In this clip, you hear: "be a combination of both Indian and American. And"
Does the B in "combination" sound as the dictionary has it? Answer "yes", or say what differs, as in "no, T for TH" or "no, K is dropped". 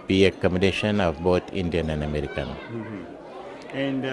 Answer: no, B is dropped